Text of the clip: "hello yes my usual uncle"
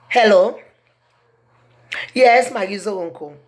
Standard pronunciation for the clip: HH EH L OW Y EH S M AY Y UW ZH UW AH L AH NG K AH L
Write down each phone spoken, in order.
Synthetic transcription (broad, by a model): HH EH L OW Y EH S M AY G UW Z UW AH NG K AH